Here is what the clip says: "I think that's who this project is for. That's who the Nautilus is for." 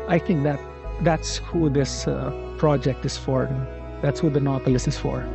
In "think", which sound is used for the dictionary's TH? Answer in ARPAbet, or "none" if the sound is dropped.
T